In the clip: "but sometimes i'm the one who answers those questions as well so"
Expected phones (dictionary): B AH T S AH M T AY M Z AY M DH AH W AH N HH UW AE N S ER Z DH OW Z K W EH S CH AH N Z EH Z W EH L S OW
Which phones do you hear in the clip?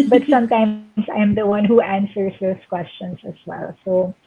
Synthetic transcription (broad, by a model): B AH T S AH M T AY M S AY M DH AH W AH N HH UW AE N S ER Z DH OW S K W EH S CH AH N S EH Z W EH L S OW